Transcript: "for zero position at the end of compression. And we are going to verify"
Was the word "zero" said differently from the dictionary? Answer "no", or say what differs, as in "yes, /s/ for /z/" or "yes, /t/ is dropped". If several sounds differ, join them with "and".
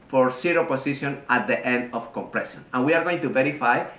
yes, /s/ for /z/